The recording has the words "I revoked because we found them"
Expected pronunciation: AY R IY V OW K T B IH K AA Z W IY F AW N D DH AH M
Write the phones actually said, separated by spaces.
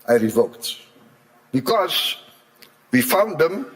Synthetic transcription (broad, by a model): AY R IY V OW K T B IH K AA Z W IY F AW N D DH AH M